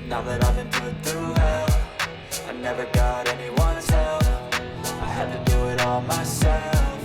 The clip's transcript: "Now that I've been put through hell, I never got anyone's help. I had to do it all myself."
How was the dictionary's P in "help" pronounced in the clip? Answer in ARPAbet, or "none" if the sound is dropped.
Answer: F